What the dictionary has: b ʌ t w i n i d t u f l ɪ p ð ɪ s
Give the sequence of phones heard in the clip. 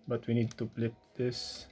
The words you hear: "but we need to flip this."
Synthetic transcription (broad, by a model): b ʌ t w i n i d t u p l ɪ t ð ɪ s